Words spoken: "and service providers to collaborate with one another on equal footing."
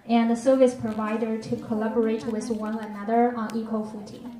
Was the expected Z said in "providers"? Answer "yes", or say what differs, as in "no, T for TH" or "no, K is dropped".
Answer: no, Z is dropped